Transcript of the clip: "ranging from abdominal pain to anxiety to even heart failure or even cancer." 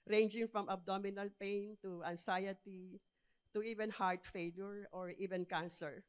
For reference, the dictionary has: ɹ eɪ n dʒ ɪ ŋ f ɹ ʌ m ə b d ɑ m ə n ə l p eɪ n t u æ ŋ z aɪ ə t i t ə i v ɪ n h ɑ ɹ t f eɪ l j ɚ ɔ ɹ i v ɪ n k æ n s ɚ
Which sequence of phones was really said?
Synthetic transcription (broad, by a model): ɹ eɪ n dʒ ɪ ŋ f ɹ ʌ m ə b d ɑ m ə n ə l p eɪ n t u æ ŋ s aɪ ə t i t ə i v ɪ n h ɑ ɹ t f eɪ l j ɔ ɔ ɹ i v ɪ n k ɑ n s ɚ